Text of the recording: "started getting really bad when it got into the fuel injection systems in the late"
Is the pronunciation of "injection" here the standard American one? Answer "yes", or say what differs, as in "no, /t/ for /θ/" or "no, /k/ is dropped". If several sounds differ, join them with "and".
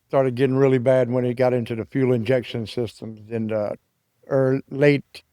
yes